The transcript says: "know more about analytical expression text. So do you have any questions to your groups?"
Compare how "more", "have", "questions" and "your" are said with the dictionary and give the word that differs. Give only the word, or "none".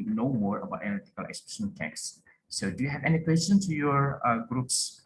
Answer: questions